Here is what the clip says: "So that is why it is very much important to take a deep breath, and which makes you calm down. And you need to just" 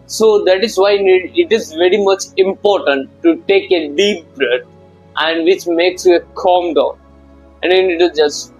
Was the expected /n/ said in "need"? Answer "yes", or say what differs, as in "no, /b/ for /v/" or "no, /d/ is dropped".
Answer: yes